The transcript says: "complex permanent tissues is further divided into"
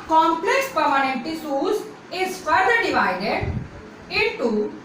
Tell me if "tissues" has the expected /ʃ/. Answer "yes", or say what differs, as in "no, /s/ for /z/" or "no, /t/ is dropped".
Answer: no, /s/ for /ʃ/